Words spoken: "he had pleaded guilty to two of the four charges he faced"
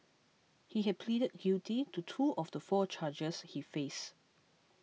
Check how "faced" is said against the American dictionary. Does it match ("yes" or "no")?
no